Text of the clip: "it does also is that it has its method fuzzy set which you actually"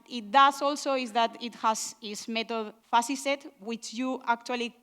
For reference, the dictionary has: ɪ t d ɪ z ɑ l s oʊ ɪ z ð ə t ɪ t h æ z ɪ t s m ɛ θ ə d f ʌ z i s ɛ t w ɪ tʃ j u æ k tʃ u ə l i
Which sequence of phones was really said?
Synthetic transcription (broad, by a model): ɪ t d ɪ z ɑ l s oʊ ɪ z ð ə t ɪ t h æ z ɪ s m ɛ t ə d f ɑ s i s ɛ t w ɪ tʃ j u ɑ k tʃ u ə l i